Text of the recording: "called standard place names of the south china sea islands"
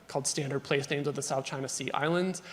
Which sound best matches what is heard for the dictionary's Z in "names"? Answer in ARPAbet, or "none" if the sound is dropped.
Z